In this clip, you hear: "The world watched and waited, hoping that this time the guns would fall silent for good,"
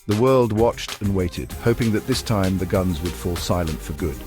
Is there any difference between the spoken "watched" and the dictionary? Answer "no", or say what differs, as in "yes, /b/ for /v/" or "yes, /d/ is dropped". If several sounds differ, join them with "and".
no